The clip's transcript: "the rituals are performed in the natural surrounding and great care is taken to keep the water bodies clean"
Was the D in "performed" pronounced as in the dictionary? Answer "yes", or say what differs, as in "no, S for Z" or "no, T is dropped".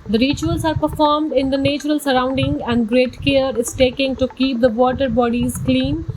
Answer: yes